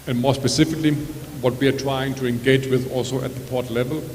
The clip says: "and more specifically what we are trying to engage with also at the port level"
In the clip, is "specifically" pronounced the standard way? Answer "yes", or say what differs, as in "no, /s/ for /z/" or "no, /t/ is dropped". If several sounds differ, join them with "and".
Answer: yes